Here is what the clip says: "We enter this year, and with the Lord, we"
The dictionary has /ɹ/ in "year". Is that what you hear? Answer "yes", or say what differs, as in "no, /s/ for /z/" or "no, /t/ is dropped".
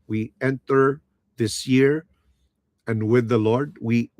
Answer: yes